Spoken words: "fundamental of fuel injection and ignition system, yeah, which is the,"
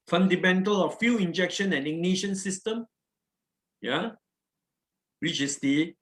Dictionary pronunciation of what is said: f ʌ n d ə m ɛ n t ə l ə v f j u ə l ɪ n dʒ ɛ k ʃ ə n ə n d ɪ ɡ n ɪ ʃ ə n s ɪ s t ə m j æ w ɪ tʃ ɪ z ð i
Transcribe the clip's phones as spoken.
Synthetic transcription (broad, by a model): f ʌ n d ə m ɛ n t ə l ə f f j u ɪ n dʒ ɛ k ʃ ə n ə n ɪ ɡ n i ʃ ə n s ɪ s t ə m j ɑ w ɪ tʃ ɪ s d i